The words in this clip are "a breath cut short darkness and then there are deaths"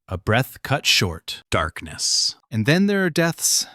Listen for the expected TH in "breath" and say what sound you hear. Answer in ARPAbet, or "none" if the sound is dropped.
TH